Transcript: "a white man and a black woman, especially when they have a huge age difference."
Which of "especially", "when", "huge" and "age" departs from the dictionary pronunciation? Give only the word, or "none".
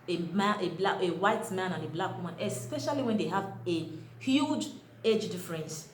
none